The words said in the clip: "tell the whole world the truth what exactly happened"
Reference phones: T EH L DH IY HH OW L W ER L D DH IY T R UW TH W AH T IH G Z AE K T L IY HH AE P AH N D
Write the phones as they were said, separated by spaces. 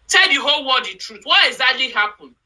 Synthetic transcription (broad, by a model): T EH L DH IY HH OW L W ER D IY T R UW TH W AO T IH G Z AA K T L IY HH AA P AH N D